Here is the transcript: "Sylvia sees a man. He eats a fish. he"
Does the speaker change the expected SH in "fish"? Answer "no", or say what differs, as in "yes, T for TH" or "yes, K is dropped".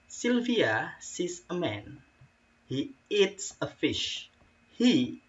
no